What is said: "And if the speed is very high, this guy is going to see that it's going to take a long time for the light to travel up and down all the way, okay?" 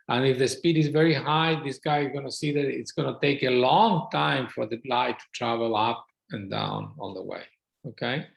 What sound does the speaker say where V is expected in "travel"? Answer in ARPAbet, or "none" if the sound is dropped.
V